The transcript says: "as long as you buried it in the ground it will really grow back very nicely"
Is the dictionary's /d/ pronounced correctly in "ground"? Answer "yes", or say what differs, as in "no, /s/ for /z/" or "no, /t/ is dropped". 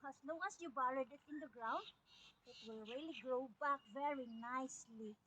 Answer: yes